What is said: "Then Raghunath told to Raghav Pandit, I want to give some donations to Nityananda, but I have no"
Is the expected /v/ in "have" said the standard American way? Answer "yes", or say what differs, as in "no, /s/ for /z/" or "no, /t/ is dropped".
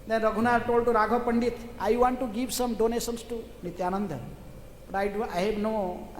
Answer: no, /b/ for /v/